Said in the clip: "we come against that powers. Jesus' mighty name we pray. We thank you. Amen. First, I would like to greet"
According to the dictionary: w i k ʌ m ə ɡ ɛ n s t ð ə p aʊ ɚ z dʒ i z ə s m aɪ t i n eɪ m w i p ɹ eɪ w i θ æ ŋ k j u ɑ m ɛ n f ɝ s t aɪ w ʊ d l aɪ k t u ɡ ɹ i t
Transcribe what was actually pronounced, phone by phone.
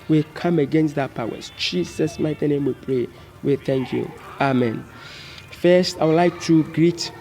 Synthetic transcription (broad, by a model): w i k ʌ m ə ɡ ɛ n s t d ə p aʊ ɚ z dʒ i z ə s m aɪ t i n eɪ m w i p ɹ eɪ w i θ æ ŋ k j u ɑ m ɛ n f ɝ s t aɪ w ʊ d l aɪ k t u ɡ ɹ i t